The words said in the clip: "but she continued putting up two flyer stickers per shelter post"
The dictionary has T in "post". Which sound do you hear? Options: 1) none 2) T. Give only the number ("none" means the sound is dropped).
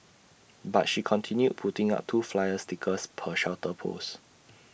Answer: 1